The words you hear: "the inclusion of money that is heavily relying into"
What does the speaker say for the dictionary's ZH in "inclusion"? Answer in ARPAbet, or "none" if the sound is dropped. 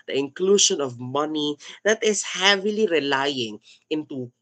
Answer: SH